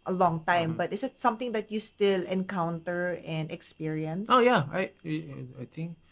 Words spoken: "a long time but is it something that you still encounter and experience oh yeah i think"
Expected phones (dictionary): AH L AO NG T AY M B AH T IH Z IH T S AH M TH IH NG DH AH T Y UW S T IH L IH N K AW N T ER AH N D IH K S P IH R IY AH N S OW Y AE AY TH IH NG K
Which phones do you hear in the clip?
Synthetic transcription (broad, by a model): AH L AO NG T AY M B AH T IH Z IH T S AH M T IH NG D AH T Y UW S T IH L IH N K AW N T ER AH N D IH K S P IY R IY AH N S OW Y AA AY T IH NG K